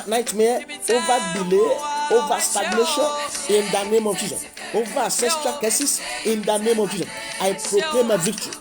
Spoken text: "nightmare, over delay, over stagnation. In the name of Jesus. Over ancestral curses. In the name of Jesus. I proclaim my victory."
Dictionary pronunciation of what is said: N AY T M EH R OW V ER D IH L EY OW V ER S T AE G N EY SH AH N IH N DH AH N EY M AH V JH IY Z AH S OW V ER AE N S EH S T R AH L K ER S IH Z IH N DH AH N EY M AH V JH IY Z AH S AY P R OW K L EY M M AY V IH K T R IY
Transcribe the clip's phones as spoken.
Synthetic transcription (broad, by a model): N AY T M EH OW V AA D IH L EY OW V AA S T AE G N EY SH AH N IH N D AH N EY M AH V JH IY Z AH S OW V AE S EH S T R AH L K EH S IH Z IH N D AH N EY M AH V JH IY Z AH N AY P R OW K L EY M M AY V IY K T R IY